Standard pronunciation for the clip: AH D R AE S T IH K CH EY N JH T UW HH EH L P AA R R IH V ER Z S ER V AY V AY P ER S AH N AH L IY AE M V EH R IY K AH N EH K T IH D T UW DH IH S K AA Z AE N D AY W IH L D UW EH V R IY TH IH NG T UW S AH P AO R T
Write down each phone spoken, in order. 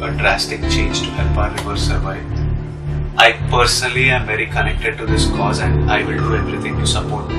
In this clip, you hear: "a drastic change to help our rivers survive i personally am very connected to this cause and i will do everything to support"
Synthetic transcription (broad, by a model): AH D R AE S T IH K CH EY N JH T UW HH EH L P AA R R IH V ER S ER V AY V AY P ER S AH N AH L IY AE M V EH R IY K AH N EH K T IH D T UW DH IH S K AA Z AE N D AY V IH L D UW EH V R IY T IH NG T UW S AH P AO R T